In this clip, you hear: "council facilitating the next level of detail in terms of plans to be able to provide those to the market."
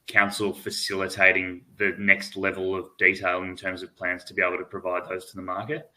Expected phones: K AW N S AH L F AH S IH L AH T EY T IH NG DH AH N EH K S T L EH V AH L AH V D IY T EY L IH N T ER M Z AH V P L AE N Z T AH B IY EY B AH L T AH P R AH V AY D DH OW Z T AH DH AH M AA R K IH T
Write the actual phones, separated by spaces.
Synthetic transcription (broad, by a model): K AW N S L F AH S IH L AH T EY T IH NG DH AH N EH K S T L EH V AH L AH V D IY T EY L IH N T ER M Z AH V P L AE N Z T AH B IY EY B L T AH P R AH V AY D DH OW Z T AH DH AH M AA R K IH T